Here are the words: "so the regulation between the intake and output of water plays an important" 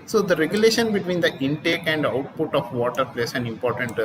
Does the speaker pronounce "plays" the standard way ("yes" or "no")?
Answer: no